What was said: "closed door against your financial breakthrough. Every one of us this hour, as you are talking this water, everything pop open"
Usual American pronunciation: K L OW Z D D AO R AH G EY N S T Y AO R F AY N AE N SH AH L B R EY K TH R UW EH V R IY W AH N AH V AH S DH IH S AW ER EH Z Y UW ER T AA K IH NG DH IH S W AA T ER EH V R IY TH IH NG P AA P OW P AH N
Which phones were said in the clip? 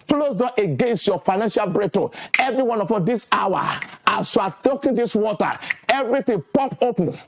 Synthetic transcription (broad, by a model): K L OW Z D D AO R AH G EY N S T Y AO F AY N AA N SH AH L B R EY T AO EH V R IY W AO N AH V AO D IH S AW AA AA S Y UW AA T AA K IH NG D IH S W AA T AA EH V R IY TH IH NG P AA P OW P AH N